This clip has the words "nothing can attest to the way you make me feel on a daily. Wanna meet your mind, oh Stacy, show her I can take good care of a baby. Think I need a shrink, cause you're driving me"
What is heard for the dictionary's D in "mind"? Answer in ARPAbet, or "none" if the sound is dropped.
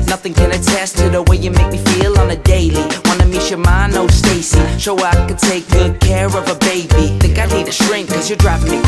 none